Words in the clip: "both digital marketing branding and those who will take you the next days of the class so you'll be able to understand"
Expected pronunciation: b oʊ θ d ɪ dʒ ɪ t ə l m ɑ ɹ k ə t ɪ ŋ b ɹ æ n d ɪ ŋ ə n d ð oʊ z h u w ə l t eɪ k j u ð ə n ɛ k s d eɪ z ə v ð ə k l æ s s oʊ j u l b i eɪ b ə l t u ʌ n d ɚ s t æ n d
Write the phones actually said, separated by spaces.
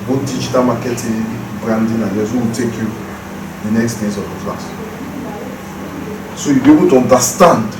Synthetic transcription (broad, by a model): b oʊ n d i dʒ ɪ t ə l m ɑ k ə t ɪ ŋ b ɹ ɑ n d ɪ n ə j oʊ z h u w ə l t eɪ k j u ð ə n ɛ k s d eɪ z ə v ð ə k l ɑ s s oʊ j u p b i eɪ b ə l t u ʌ n d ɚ s t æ n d